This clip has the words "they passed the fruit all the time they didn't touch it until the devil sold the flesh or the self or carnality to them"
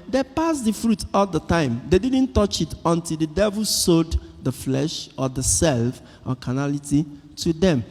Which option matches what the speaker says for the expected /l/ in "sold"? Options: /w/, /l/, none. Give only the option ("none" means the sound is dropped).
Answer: none